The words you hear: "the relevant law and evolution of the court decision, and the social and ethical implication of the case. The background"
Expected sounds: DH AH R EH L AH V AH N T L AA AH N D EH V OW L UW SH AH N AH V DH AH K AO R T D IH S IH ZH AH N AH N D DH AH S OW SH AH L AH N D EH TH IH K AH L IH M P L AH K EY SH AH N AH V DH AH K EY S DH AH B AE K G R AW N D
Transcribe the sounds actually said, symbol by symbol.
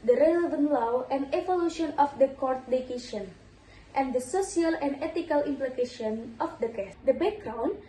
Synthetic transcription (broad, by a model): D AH R EH L AH V AH N T L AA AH N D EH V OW L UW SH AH N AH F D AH K AO R T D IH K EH SH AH N AH N D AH S OW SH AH L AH N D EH T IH K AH L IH M P L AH K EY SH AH N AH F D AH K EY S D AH B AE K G R AW N